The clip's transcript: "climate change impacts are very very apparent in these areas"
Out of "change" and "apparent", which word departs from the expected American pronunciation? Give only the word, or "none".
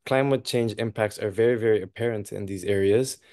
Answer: none